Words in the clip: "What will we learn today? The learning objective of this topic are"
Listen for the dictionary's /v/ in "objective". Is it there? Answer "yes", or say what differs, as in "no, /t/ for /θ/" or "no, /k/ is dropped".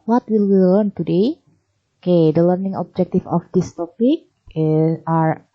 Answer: no, /f/ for /v/